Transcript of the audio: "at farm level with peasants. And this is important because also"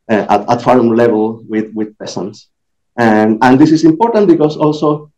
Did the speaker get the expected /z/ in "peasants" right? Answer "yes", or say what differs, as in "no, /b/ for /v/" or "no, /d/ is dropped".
no, /s/ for /z/